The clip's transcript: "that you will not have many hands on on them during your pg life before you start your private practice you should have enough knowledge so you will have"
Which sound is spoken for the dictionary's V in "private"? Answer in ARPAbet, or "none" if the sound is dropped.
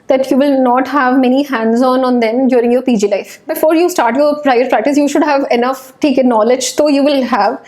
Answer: none